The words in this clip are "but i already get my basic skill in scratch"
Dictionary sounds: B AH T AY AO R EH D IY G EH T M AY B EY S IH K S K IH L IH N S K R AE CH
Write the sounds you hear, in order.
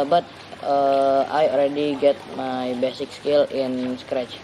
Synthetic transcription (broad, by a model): B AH T AY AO L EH D IY G EH T M AY B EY S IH K S K IH L IH N S K R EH CH